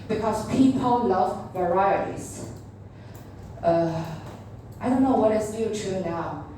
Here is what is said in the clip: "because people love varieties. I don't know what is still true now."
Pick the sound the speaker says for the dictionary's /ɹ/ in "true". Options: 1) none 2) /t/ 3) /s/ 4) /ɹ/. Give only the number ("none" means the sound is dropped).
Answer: 1